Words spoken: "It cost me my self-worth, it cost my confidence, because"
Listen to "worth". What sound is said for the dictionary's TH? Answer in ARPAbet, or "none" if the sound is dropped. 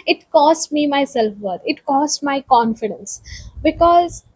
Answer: T